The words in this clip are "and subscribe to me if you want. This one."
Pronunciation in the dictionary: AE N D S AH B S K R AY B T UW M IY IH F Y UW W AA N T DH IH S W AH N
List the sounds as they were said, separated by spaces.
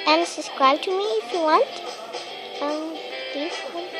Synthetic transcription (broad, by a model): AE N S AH S K R AY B T UW M IY IH F Y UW W AA N T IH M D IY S